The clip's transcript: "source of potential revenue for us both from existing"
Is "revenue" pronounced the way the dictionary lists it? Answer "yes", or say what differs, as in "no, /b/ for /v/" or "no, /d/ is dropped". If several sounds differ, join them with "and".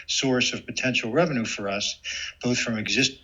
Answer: yes